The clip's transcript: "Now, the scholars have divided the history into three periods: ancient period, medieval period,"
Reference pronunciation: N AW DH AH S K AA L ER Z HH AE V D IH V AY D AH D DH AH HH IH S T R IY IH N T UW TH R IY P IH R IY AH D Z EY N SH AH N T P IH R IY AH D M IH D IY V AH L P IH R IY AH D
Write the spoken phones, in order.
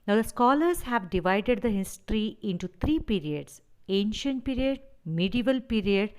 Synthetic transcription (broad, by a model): N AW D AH S K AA L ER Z HH AE V D IH V AY D AH D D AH HH IH S T R IY IH N T UW T R IY P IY R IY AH D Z EY N SH AH N T P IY R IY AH D M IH D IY V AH L P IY R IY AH D